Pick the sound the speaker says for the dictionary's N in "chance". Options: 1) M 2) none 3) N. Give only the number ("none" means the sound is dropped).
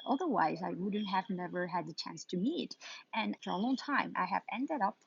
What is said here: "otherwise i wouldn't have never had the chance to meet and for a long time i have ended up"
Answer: 3